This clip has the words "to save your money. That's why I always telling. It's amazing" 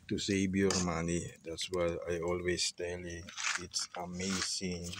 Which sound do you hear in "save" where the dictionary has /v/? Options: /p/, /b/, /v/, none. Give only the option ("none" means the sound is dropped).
/b/